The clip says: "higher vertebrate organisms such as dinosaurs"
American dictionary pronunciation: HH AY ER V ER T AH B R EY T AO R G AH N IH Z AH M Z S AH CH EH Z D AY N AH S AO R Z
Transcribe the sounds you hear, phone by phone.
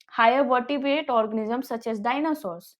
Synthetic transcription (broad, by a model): HH AY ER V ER T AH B EY T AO R G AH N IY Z AH M S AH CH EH S D AY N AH S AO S